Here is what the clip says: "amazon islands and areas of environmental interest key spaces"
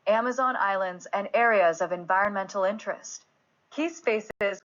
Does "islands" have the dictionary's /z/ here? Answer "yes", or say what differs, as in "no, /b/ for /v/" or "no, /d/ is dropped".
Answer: yes